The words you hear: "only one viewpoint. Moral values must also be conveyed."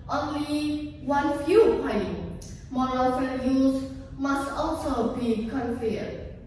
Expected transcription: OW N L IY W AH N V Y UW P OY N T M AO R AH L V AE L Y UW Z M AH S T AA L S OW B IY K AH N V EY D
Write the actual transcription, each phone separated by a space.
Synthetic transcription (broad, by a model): OW N L IY W AH N F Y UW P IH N M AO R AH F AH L Y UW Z M AH S T AA L S OW B IY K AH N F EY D